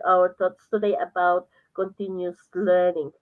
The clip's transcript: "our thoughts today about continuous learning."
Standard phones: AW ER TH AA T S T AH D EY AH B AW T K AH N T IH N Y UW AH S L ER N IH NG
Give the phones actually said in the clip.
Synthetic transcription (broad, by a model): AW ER T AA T S T AH D EY AH B AW T K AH N T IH N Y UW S L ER N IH NG